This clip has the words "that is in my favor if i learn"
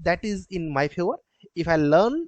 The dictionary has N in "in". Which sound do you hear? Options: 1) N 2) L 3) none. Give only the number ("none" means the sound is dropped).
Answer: 1